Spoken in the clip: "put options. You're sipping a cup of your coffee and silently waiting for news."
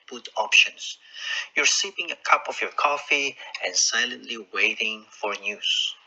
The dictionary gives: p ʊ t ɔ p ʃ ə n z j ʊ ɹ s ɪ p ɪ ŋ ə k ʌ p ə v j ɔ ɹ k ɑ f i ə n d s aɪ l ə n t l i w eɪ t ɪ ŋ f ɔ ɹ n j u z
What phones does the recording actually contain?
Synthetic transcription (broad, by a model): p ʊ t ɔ p ʃ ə n s j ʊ ɹ s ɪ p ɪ ŋ ə k ʌ p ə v j ɔ ɹ k ɑ f i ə n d s aɪ l ə n t l i w eɪ t ɪ ŋ f ɔ ɹ n j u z